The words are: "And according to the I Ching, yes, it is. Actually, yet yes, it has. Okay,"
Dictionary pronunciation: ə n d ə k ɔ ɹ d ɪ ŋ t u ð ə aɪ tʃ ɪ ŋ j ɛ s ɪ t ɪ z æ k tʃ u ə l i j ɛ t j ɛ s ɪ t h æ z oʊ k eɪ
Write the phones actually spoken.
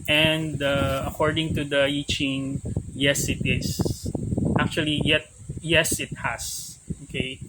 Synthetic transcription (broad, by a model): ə n d ə k ɔ ɹ d ɪ ŋ t u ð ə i tʃ ɪ ŋ j ɛ s ɪ t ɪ s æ k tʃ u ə l i j ɛ t j ɛ s ɪ t h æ s oʊ k eɪ